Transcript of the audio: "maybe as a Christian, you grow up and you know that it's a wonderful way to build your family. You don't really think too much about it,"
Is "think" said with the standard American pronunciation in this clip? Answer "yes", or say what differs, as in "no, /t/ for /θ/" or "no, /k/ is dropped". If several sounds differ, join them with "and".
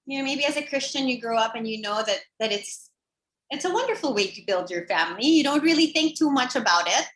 yes